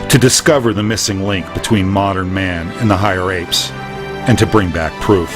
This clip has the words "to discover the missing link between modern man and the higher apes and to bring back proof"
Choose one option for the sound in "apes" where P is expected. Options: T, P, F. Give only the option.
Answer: P